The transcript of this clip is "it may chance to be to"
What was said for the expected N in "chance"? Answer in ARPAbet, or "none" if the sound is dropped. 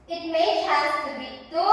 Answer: none